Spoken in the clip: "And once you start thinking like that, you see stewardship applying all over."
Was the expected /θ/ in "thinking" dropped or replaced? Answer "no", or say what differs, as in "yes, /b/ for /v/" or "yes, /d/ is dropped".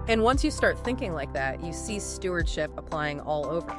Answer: no